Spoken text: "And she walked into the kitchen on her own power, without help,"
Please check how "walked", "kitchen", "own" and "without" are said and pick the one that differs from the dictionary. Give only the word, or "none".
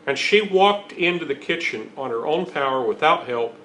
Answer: none